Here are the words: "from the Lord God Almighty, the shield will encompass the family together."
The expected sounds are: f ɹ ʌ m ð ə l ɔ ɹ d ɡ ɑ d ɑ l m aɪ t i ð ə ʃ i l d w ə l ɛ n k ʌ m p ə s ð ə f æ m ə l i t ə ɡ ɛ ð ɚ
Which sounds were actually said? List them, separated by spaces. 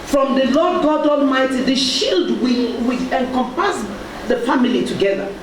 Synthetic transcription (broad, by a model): f ɹ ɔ m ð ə l ɔ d ɡ ɑ d ɑ l m aɪ t i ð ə ʃ i l d w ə w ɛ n k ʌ m p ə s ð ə f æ m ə l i t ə ɡ ɛ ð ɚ